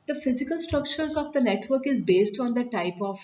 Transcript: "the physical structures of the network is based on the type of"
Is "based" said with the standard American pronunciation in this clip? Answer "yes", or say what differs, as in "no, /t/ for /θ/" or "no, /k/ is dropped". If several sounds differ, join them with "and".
yes